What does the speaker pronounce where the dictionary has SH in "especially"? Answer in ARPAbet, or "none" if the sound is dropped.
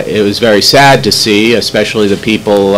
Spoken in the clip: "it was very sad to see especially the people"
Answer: SH